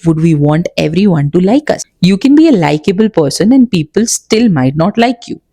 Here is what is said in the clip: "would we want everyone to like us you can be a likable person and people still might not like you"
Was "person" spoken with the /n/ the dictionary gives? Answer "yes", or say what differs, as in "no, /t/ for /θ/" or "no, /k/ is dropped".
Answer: yes